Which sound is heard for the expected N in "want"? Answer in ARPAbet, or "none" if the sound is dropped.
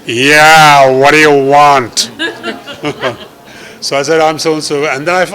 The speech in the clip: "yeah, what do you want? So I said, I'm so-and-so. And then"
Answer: N